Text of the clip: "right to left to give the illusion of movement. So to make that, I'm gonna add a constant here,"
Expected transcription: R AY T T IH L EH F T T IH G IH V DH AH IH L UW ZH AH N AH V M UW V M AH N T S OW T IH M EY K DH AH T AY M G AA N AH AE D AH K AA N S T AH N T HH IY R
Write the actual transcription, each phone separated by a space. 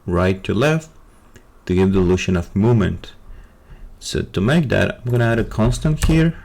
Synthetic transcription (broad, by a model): R AY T T IH L EH F T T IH G IH V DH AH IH L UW SH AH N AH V M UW M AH N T S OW T IH M EY K DH AH T AY M G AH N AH AE D AH K AA N S T AH N T HH IY R